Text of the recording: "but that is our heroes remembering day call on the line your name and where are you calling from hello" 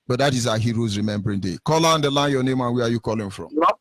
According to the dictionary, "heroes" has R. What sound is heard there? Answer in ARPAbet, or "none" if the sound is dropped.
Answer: R